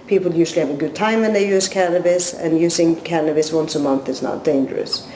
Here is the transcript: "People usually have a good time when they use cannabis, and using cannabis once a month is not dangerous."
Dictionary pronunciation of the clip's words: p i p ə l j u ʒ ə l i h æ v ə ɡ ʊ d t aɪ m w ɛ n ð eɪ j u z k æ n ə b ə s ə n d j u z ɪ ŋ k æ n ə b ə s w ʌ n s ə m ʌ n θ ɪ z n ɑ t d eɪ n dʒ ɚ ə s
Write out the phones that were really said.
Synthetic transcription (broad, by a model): p i p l j u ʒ l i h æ v ə ɡ ʊ d t aɪ m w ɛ n ð eɪ j u z k æ n ə b ə s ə n j u z ɪ ŋ k æ n ə b ə s w ʌ n s ə m ʌ n θ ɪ s n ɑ t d eɪ n dʒ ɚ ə s